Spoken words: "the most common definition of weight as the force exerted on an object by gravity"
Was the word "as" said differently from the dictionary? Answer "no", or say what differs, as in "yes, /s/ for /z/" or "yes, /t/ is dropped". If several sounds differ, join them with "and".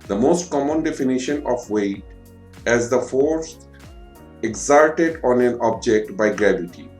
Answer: no